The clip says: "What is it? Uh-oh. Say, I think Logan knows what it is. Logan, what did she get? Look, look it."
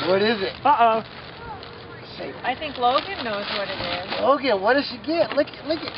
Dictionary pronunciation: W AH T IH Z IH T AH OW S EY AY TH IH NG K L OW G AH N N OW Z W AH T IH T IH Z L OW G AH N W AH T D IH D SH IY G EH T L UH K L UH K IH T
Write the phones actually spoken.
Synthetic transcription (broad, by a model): W AH T IH Z IH T AH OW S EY AY TH IH NG K L OW G AH N N OW Z W AH T IH T IH Z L OW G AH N W AH T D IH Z SH IY G EH T L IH K L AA IH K